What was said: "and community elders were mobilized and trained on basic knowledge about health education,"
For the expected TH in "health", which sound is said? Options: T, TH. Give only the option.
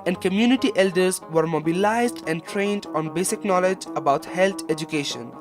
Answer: T